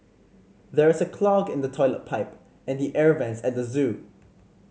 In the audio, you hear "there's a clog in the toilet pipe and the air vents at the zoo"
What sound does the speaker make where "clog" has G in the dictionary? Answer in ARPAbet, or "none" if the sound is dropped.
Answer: G